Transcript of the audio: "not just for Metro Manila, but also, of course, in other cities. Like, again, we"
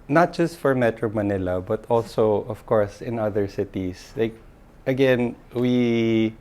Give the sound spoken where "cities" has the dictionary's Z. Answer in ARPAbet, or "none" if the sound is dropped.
S